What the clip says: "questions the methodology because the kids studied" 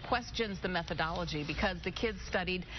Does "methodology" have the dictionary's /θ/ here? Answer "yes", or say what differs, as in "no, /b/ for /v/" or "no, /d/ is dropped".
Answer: yes